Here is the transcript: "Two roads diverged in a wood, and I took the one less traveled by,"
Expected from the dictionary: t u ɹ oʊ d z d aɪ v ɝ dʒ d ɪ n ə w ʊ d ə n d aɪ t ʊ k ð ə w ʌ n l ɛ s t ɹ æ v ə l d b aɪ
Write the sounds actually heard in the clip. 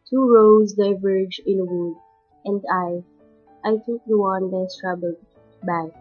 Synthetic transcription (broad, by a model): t u ɹ oʊ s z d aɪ v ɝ dʒ ɪ n ə w ʊ d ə n d aɪ t ʊ k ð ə w ʌ n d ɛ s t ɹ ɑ b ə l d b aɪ